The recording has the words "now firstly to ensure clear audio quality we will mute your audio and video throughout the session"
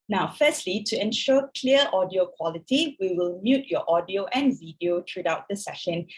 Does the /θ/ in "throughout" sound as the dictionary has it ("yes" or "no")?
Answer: no